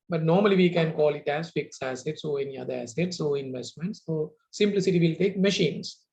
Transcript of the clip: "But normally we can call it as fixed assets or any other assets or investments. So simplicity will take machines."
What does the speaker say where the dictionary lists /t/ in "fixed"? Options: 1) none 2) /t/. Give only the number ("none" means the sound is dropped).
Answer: 1